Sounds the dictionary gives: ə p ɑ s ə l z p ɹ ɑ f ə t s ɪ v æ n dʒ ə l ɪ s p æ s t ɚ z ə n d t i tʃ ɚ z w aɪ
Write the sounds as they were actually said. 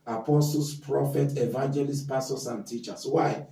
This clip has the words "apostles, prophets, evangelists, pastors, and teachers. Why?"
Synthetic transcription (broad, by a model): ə p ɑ s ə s p ɹ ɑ f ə t ɪ v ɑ n dʒ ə l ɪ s p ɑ s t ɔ s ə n t i tʃ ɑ s w aɪ